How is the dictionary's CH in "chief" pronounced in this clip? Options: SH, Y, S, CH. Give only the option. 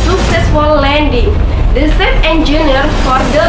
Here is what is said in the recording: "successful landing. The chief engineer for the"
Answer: S